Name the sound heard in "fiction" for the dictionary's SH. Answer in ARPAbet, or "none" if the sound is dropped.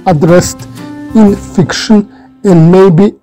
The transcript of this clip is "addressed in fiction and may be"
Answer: SH